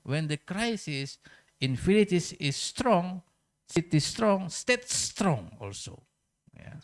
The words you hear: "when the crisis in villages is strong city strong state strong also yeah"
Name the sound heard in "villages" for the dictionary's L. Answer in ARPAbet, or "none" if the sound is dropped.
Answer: N